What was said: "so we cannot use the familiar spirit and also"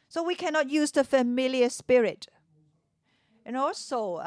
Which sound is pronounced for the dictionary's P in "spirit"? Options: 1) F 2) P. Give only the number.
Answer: 2